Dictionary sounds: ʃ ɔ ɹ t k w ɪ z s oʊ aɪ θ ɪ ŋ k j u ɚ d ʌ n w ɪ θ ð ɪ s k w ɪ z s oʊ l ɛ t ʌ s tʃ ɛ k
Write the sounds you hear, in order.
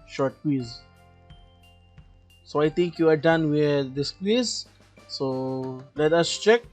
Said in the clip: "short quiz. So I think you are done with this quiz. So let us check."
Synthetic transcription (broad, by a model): ʃ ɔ ɹ t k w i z s oʊ aɪ t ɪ ŋ k j u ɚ d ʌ n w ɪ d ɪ s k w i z s oʊ l ɛ t ʌ s tʃ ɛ k